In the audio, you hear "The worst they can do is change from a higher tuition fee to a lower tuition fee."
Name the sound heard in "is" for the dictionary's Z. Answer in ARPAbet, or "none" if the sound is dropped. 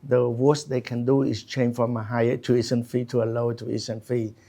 S